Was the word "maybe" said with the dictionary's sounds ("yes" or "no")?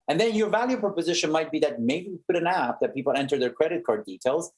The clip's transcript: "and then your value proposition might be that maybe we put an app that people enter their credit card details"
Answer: no